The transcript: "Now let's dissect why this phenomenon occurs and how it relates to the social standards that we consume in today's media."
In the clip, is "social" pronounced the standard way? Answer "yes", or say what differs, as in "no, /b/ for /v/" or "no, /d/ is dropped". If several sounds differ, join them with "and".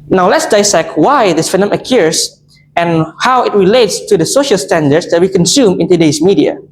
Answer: yes